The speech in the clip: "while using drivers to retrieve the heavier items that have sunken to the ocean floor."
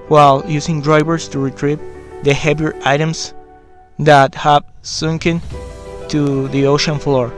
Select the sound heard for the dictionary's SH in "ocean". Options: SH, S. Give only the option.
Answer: SH